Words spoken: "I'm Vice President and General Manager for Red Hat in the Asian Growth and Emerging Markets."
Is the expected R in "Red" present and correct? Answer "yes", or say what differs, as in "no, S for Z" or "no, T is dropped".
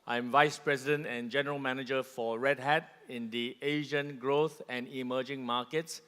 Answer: yes